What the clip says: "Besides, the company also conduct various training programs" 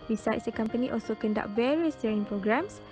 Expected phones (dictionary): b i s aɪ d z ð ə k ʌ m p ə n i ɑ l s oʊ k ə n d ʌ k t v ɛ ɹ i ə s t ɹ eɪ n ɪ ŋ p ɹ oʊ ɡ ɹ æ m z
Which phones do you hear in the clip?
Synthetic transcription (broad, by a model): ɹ i s aɪ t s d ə k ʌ m p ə n i ɑ l s oʊ k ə n d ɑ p v ɛ ɹ i ə s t eɪ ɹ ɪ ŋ p ɹ oʊ ɡ ɹ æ m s